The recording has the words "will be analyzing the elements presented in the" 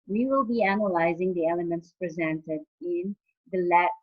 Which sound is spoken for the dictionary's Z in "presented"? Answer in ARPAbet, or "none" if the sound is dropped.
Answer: Z